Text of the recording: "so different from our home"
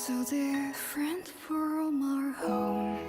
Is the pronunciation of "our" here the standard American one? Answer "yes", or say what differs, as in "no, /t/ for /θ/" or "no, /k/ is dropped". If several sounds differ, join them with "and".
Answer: yes